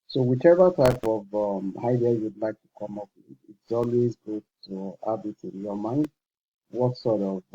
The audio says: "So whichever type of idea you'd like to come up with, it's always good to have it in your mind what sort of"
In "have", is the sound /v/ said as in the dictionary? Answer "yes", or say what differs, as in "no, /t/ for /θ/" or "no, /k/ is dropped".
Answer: no, /b/ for /v/